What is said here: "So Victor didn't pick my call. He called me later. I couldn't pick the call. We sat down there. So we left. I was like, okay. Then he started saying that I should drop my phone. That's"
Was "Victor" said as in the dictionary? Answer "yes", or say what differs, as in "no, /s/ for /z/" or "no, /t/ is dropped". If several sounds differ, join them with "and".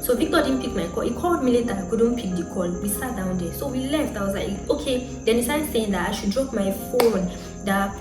no, /b/ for /v/